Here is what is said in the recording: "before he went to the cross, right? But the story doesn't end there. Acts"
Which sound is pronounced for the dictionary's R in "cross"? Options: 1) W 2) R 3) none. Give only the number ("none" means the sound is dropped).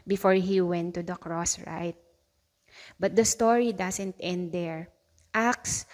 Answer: 2